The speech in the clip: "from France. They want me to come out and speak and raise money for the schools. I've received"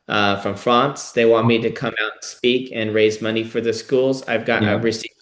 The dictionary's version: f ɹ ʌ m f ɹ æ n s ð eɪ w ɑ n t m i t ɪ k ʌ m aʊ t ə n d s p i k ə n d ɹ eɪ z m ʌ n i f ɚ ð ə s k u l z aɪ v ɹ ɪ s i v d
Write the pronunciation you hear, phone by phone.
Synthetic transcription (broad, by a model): f ɹ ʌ m f ɹ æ n s ð eɪ w ɑ n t m i t ɪ k ʌ m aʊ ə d s p i k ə n ɹ eɪ z m ʌ n i f ɚ ð ə s k u l z aɪ v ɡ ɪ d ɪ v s